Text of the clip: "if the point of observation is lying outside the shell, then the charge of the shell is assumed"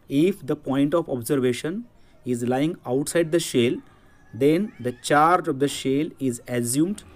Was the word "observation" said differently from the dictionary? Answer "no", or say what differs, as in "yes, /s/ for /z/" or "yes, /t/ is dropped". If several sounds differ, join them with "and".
no